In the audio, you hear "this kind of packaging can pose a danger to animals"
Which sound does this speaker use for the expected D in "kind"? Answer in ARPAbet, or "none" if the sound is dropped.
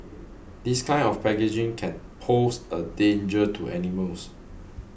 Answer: none